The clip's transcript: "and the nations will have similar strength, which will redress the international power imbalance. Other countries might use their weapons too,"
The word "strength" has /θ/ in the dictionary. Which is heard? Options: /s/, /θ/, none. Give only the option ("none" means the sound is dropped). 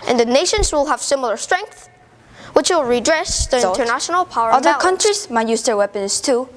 /θ/